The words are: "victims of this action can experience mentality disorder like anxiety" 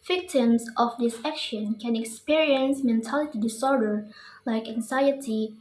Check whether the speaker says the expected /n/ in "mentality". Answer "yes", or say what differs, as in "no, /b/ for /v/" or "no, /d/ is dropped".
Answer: yes